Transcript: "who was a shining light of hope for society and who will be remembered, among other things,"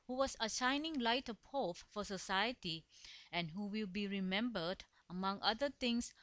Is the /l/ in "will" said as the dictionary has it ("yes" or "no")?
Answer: yes